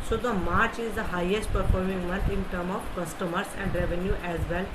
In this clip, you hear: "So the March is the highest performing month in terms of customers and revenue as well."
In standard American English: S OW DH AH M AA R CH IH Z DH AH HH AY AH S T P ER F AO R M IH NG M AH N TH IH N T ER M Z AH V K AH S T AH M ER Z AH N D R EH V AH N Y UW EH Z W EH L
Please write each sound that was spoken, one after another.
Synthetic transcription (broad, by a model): S OW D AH M AA R CH IH Z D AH HH AY AH S T P ER F AO R M IH NG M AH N T IH N T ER M AH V K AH S T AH M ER S AH N D R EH V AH N Y UW EH Z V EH L